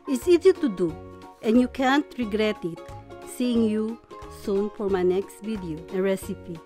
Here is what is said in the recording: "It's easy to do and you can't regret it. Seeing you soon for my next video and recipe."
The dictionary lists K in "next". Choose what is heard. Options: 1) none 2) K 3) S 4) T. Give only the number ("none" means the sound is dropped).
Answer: 2